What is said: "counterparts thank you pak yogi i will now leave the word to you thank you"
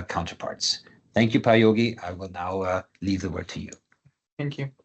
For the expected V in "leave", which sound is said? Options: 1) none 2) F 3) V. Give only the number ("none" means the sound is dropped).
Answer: 3